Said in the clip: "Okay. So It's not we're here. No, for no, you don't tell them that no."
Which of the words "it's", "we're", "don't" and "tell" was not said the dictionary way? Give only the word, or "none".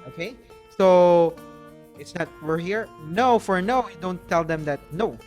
none